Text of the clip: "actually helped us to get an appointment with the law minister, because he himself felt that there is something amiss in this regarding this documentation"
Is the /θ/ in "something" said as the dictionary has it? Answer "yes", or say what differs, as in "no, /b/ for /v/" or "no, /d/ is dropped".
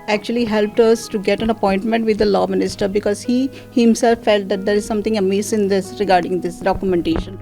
no, /t/ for /θ/